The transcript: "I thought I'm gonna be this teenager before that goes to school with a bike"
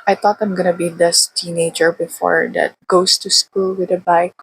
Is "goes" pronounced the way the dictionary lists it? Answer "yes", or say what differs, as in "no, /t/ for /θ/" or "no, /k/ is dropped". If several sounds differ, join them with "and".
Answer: no, /s/ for /z/